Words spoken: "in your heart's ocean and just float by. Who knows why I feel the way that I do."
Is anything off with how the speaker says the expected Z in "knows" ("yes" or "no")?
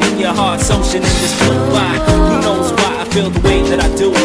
no